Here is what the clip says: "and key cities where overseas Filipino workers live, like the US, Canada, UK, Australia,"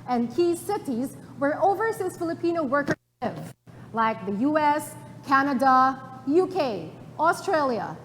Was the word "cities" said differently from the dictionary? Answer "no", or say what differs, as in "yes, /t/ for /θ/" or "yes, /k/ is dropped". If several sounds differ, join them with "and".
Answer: no